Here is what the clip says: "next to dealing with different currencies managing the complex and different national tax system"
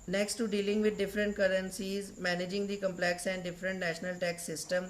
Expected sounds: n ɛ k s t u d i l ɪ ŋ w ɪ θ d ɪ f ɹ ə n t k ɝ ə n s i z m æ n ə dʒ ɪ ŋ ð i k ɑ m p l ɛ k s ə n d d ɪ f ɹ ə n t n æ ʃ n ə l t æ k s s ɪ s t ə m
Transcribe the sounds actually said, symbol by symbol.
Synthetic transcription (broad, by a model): n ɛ k s t u d i l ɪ ŋ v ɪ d d ɪ f ɹ ə n t k ɝ ə n s i z m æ n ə dʒ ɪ ŋ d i k ɑ m p l ɛ k s ə n d d ɪ f ɹ ə n t n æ ʃ n ə l t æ k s s ɪ s t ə m